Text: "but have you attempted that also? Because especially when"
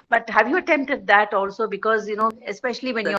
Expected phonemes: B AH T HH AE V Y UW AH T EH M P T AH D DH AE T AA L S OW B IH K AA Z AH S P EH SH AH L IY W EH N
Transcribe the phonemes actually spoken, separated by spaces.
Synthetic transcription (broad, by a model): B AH T HH AE V Y UW AH T EH M P T AH D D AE T AA L S OW B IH K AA Z AH S P EH SH AH L IY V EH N